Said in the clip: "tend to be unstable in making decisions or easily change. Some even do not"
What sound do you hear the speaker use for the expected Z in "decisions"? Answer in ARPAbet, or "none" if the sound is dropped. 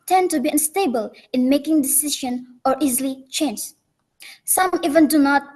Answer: none